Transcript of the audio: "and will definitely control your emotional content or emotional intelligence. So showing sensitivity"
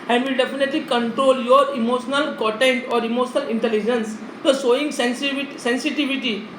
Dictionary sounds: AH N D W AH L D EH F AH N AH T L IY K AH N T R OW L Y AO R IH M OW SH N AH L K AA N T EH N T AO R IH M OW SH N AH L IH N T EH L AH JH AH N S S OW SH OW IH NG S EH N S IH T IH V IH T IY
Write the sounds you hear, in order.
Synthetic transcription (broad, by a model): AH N D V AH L D EH F AH N AH T L IY K AH N T R OW L Y AO R IH M OW SH N AH L K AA T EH N T AO R IH M OW SH N AH L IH N T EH L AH JH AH N S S OW S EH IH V S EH N S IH T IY V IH T IY